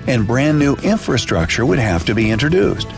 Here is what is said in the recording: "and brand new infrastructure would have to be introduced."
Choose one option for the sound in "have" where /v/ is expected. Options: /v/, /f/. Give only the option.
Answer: /f/